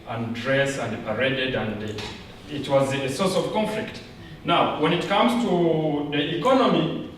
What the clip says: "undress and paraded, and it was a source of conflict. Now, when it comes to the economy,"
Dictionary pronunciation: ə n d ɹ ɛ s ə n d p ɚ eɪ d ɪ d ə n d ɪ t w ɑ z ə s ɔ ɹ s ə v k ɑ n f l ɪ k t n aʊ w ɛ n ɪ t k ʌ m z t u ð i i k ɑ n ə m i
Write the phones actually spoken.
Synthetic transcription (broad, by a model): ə n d ɹ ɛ s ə n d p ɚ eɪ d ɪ d ə n d ɪ t w ɑ z ə s ɔ ɹ s ə v k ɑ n f l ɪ k t n aʊ w ɛ n ɪ t k ʌ m z t u ð i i k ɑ n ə m i